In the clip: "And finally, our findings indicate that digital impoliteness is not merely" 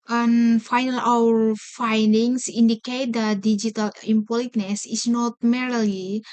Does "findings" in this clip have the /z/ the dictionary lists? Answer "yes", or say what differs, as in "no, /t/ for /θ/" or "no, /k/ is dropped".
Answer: no, /s/ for /z/